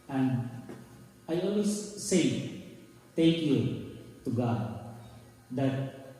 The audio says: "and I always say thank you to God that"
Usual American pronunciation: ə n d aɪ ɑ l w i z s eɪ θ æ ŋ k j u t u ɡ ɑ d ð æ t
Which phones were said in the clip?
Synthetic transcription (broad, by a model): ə n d aɪ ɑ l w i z s eɪ t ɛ k j u t u ɡ ɑ d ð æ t